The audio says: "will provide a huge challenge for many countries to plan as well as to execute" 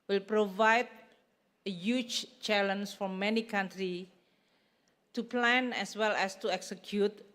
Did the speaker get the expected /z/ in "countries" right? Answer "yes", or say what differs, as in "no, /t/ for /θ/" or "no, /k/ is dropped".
no, /z/ is dropped